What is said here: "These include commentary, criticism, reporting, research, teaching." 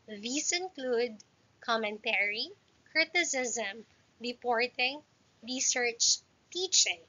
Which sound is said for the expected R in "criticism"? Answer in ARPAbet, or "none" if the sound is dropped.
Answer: R